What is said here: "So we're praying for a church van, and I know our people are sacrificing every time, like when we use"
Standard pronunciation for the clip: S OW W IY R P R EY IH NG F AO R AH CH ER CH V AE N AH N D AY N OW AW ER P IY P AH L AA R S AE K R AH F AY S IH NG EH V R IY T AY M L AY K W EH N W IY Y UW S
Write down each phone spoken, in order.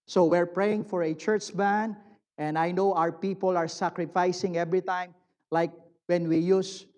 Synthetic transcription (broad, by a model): S OW W IY R P R EY IH NG F AO R AH CH ER CH B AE N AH N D AY N OW AW ER P IY P AH L AA R S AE K R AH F AY S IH NG EH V R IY T AY M L AY K W EH N W IY Y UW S